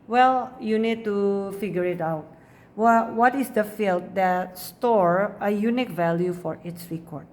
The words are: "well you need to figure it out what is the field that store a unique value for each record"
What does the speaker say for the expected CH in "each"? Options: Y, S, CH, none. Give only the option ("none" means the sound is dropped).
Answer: S